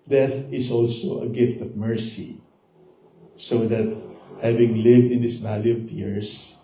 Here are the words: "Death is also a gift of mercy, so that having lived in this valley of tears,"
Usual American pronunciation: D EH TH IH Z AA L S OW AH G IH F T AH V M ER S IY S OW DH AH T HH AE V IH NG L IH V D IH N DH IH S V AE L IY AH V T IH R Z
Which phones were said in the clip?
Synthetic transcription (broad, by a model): D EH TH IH S AA L S OW AH G IH F T AH V M ER S IY S OW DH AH T HH AE V IH NG L IH V D IH N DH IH S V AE L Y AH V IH R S